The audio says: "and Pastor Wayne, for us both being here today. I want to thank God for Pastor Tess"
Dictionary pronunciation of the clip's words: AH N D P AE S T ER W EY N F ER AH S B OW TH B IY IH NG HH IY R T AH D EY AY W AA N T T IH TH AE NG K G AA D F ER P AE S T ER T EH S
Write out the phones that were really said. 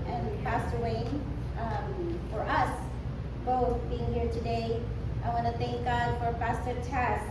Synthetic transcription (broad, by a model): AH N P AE S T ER W EY N F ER AH S B OW TH B IY IH NG HH IY R T AH D EY AY W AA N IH TH AE NG K G AA D F ER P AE S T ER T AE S